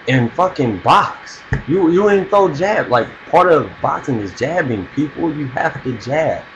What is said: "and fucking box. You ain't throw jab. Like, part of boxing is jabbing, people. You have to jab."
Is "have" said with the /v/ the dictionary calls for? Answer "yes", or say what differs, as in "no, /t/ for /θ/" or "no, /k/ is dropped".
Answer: no, /f/ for /v/